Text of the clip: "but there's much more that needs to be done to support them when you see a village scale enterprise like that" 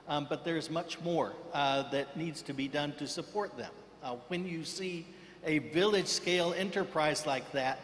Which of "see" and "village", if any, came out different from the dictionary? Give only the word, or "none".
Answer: none